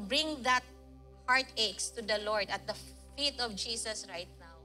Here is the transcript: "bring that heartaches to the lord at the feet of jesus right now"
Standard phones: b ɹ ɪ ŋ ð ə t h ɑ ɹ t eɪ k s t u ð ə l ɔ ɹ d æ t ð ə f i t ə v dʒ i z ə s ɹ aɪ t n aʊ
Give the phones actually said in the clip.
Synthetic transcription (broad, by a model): b ɹ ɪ ŋ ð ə t h ɑ ɹ t eɪ k s t u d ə l ɔ ɹ d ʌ t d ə f i t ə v dʒ i s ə s ɹ aɪ t n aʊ